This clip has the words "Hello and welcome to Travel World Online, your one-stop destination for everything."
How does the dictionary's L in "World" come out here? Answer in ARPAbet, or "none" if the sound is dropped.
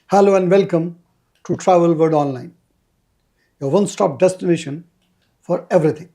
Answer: none